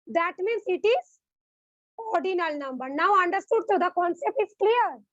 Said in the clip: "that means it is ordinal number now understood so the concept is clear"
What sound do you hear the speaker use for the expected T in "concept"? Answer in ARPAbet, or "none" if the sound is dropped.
T